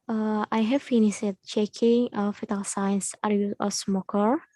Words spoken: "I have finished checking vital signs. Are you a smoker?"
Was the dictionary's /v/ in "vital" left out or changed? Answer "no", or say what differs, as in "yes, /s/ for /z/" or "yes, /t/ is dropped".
yes, /f/ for /v/